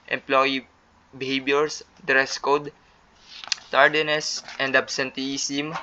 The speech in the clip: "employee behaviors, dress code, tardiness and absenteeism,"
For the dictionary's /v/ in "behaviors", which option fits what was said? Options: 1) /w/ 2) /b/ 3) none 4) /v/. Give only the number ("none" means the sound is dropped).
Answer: 2